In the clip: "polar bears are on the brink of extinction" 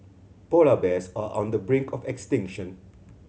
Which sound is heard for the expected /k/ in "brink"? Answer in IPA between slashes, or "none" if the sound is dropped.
/k/